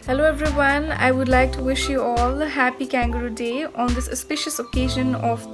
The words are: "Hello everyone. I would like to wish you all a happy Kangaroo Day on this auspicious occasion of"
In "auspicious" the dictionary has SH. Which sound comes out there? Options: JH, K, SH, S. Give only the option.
SH